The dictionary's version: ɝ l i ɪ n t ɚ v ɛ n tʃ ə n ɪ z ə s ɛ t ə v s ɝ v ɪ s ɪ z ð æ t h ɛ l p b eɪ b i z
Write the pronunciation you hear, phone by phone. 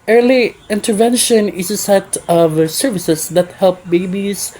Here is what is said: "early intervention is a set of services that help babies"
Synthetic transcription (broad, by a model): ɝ l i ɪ n t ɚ v ɛ n ʃ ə n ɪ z ə s ɛ t ə v s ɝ v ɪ s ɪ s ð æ t h ɛ l p b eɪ b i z